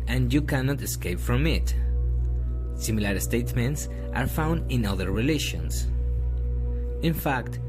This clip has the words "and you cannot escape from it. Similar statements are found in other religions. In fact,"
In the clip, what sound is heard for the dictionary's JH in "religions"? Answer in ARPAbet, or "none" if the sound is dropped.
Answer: SH